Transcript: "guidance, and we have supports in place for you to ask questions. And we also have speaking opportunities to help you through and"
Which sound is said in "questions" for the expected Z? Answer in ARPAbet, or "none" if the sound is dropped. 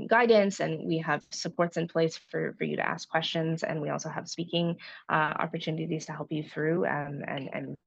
Z